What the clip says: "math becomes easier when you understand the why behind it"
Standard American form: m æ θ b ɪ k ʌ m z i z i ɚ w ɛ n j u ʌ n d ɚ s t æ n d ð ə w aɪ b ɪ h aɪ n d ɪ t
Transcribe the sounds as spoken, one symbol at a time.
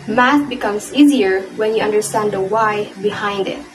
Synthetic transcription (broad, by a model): m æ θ b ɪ k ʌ m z i z i ɚ w ɛ n j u ʌ n d ɚ s t æ n d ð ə w aɪ b ɪ h aɪ n d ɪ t